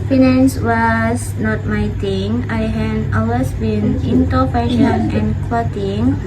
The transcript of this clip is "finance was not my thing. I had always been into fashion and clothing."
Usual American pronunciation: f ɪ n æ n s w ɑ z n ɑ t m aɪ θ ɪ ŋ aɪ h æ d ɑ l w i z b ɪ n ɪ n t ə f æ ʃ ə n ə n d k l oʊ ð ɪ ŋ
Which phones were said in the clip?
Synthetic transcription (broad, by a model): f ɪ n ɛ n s w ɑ s n ɑ t m aɪ t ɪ ŋ aɪ h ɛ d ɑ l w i s b ɪ n ɪ n t ə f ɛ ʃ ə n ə n k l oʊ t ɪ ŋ